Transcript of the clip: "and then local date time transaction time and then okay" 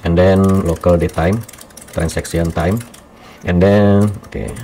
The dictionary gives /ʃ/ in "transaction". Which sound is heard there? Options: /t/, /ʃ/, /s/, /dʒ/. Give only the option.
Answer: /s/